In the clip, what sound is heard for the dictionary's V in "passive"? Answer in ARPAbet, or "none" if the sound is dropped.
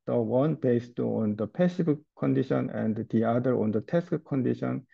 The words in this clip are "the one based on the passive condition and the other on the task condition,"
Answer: B